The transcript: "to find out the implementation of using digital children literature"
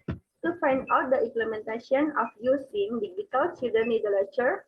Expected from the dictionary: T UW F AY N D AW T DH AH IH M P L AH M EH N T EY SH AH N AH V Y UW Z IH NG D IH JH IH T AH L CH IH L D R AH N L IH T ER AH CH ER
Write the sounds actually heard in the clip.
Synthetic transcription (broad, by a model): T UW F AY N D AW T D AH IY M P L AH M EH N T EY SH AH N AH F Y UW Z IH NG D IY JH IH T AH L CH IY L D AH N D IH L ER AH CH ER